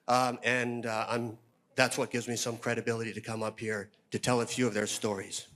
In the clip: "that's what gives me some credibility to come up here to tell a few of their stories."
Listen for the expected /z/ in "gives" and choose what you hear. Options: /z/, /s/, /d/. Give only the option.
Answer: /z/